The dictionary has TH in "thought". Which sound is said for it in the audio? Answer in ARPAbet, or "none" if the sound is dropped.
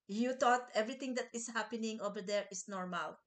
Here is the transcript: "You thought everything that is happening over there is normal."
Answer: T